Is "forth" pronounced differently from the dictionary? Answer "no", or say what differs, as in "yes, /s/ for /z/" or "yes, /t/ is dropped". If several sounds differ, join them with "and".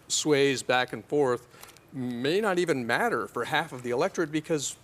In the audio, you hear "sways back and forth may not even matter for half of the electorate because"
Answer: no